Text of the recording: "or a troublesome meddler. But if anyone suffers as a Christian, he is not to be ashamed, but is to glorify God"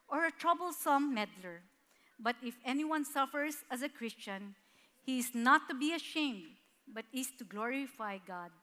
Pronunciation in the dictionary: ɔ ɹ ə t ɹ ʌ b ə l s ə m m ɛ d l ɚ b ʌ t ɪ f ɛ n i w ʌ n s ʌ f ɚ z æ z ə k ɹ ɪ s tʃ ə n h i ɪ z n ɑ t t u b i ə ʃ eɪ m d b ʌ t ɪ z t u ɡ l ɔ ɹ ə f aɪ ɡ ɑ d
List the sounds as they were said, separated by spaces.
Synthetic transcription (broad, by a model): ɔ ɹ ə t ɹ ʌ b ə l s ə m m ɛ d l ɚ b ʌ t ɪ f ɛ n i w ʌ n s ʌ f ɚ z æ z ə k ɹ ɪ s tʃ ə n h i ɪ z n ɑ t t u b i ə ʃ eɪ m d b ʌ t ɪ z t u ɡ l ɔ ɹ ə f aɪ ɡ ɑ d